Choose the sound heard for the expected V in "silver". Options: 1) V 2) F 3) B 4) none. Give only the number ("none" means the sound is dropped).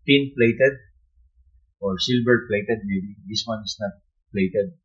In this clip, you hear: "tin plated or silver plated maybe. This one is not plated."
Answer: 3